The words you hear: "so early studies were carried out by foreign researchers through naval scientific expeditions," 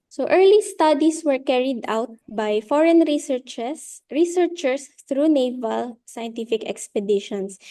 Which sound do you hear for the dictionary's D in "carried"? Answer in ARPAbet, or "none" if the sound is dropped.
D